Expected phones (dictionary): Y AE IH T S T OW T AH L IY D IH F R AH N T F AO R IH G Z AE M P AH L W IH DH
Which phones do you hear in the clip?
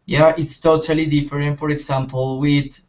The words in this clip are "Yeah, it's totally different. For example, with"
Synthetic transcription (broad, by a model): Y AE IH T S T OW T AH L IY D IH F R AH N T F AO R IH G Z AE M P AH L W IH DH